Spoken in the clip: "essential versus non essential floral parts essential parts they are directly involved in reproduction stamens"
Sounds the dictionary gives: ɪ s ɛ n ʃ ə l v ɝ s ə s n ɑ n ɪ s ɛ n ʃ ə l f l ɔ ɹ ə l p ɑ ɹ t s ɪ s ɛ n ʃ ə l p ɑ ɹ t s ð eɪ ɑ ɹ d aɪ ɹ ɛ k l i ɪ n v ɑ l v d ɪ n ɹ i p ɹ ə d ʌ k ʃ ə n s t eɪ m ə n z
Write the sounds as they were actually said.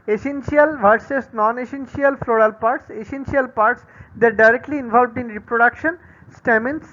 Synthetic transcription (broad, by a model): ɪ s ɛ n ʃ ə l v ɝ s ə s n ɑ n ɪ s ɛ n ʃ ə l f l ɔ ɹ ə l p ɑ ɹ t s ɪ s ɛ n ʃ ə l p ɑ ɹ t s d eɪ ɹ d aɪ ɹ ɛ k l i ɪ n v ɑ l v d ɪ n ɹ i p ɹ ə d ʌ k ʃ ə n s t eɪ m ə n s